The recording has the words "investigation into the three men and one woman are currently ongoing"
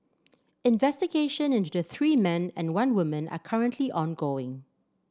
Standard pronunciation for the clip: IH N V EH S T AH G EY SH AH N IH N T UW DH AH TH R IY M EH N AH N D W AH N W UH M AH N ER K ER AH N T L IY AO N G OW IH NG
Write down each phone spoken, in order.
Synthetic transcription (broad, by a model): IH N V EH S T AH G EY SH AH N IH N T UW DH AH TH R IY M EH N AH N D W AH N W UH M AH N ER K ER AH N T L IY AO N G OW IH NG